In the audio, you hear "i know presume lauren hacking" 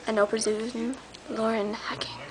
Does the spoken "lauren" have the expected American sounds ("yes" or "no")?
yes